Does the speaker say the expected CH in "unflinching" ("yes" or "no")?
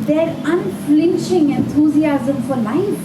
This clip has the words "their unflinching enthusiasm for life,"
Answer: no